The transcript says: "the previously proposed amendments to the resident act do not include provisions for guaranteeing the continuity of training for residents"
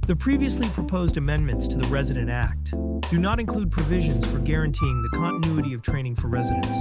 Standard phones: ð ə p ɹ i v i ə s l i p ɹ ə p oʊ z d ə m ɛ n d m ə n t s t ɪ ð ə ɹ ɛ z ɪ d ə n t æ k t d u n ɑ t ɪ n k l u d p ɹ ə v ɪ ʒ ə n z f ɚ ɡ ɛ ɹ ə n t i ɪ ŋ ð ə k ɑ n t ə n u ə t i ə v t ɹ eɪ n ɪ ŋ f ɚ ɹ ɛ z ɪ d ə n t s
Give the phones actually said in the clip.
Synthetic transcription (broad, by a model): ð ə p ɹ i v i ə s l i p ɹ ə p oʊ z d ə m ɛ n m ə n t s t ɪ ð ə ɹ ɛ z ɪ d ə n t æ k t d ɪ n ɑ t ɪ n k l u d p ɹ ə v ɪ ʒ ə n z f ɚ ɡ ɛ ɹ ə n t i ɪ ŋ ð ə k ɑ n t ə n u ə t i ə v t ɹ eɪ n ɪ ŋ f ɚ ɹ ɛ z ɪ d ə n t s